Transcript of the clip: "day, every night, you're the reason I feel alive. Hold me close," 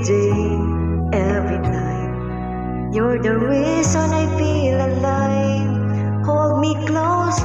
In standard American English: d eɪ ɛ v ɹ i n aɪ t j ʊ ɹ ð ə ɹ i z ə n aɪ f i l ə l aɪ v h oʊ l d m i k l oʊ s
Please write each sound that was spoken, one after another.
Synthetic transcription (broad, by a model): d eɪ ɛ v ɹ i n aɪ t j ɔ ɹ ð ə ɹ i s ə n aɪ f i l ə l aɪ h oʊ l d m i k l oʊ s